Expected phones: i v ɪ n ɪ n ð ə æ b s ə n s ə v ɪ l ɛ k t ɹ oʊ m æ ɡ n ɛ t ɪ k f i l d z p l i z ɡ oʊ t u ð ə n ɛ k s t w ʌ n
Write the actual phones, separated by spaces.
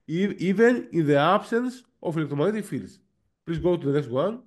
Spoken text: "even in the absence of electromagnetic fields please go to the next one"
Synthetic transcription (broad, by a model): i v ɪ n ɪ n ð ə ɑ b s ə n s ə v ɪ l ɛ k t oʊ m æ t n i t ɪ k f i l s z p l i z ɡ oʊ t u ð ə n ɛ k s t w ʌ n